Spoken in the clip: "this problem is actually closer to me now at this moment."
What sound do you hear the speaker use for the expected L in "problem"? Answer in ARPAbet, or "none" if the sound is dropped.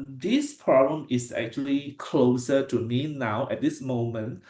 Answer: none